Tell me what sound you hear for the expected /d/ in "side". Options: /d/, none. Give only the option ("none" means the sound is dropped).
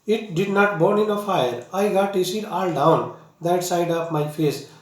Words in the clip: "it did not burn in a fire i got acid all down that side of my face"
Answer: /d/